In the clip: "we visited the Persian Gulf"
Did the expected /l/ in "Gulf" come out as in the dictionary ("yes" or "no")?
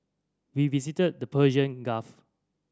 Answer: no